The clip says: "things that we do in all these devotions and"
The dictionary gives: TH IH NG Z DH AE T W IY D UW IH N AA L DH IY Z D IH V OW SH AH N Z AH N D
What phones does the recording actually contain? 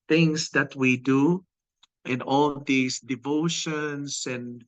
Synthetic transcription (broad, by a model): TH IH NG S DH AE T W IY D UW IH N AA L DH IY S D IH V OW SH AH N S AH N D